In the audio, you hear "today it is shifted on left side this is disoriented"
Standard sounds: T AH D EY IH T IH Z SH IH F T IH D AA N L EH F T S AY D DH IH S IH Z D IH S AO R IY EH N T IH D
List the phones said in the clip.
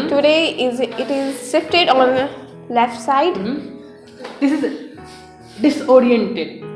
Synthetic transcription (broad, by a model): T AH D EY IH T IH Z S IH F T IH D AA N L EH F T S AY D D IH S IH Z D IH S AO R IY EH N T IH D